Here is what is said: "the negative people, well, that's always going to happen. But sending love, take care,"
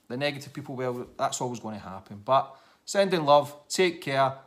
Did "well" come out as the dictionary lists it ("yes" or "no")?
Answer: no